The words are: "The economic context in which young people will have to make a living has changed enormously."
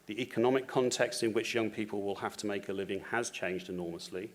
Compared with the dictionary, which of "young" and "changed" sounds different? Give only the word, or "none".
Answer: none